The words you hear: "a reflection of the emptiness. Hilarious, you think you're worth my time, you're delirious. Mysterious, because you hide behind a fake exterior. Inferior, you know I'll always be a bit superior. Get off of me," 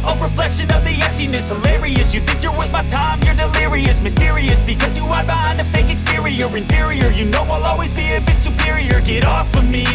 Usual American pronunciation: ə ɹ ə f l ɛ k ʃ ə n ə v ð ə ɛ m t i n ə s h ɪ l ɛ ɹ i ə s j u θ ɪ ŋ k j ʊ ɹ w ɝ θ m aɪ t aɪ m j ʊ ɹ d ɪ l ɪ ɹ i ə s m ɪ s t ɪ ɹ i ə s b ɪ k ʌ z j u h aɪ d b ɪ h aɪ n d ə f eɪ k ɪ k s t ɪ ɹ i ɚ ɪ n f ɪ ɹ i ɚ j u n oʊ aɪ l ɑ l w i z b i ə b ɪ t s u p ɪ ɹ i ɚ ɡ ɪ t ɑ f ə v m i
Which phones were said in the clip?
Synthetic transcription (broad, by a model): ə ɹ ə f l ɛ k ʃ ə n ə v ð ə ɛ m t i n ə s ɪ l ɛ ɹ i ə s j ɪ θ ɪ ŋ k j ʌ ɹ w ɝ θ m aɪ t aɪ m j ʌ ɹ d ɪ l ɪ ɹ i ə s m ɪ s t ɪ ɹ i ə s b ɪ k ʌ z j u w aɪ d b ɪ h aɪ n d ə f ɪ k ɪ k s t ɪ ɹ i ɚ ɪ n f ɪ ɹ i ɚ j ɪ n oʊ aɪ l ɑ l w i z b i ə b ɪ t s u p ɪ ɹ i ɚ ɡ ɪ t ɑ f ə m i